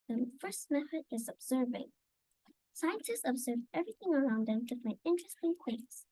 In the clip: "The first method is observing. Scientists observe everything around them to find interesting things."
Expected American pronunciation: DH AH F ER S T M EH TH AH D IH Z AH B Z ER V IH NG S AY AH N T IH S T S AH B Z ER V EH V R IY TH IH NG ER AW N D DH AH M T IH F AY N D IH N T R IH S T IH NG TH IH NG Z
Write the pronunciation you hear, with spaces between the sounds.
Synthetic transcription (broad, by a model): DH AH F ER S T M EH TH AH D IH Z AH B Z ER V IH NG S AY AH N T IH S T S AH B Z ER V EH V R IY TH IH NG ER AW N D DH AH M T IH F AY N IH N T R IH S T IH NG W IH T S